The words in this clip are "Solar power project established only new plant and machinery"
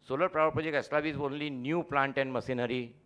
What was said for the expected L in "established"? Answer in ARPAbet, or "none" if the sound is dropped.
none